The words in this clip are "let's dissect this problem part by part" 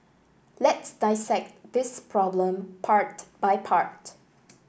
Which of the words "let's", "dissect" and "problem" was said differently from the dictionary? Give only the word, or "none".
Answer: none